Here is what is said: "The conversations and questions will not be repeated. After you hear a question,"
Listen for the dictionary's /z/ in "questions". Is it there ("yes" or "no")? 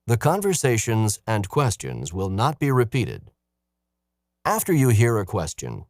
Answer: yes